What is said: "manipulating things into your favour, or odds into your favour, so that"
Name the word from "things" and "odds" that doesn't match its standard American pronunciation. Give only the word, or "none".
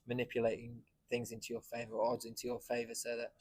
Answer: none